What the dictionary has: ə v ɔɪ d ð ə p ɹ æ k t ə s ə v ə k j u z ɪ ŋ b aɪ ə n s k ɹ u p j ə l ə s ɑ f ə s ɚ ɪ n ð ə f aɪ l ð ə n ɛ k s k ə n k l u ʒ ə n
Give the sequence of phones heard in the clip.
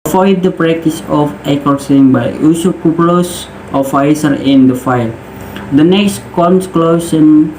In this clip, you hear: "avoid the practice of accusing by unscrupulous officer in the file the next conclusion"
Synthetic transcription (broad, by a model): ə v ɔɪ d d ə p ɹ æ k t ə s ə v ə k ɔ s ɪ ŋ b aɪ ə s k u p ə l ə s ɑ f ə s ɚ ɪ n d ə f aɪ l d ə n ɛ k s k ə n k l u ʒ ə n